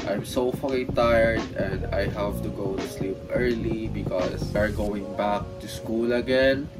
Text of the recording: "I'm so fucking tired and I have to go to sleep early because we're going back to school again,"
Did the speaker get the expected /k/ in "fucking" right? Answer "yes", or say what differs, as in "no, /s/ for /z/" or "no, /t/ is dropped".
no, /k/ is dropped